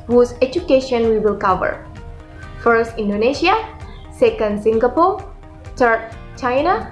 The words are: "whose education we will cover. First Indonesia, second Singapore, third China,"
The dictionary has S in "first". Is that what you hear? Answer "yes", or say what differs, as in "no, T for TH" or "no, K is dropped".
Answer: yes